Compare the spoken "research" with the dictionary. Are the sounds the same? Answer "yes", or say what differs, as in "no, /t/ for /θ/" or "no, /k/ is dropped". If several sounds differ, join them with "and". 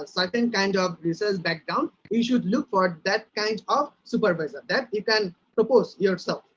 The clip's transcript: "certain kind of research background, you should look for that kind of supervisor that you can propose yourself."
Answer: no, /s/ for /tʃ/